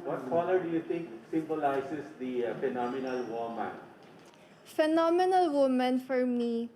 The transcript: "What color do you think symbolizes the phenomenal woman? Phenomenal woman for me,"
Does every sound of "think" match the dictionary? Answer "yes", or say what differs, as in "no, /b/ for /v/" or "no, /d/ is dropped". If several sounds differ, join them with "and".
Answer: no, /t/ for /θ/